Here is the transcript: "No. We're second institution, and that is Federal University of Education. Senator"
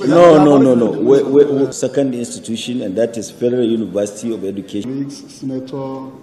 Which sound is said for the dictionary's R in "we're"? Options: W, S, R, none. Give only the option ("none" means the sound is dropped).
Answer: W